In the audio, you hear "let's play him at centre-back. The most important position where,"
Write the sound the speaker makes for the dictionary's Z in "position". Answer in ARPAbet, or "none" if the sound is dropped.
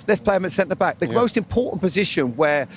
Z